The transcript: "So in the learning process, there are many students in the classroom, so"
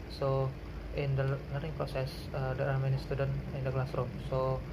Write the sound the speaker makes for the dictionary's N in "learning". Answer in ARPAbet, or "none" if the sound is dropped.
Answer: none